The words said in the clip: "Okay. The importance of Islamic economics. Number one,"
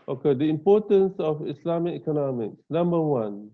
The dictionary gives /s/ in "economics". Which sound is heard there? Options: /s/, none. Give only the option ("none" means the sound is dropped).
/s/